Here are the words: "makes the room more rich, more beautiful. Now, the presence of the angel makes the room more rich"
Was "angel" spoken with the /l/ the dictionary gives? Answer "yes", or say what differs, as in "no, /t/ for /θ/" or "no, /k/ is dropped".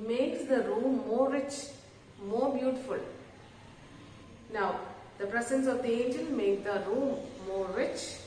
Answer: no, /n/ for /l/